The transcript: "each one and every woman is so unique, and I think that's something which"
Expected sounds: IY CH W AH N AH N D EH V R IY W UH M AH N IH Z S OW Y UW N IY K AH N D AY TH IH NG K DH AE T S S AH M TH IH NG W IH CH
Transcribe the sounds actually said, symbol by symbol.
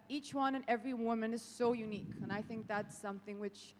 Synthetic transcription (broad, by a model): IY CH W AH N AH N EH V R IY W UH M AH N IH Z S OW Y UW N IY K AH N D AY TH IH NG K DH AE T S S AH M TH IH NG W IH CH